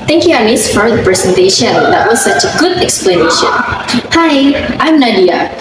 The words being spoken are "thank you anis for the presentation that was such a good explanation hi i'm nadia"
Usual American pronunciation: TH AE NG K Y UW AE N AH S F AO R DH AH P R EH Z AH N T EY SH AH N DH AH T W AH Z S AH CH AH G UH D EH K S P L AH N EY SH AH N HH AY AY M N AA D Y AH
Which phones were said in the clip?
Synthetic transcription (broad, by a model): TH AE NG K Y UW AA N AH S F AO R DH AH P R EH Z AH N T EY SH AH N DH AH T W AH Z S AH CH AH G UH D EH K S P L AH N EY SH AH N HH AY AY M N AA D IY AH